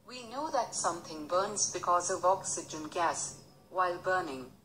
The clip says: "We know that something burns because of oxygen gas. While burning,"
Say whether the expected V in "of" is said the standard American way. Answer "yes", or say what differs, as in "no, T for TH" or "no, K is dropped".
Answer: yes